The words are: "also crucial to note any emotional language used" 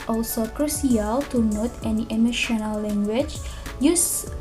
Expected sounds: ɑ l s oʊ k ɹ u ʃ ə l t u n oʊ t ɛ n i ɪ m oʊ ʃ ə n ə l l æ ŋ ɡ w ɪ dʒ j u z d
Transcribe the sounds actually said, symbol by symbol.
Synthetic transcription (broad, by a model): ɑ l s oʊ k ɹ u s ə l t u n oʊ t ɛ n i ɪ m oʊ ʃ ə n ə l l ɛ ŋ ɡ w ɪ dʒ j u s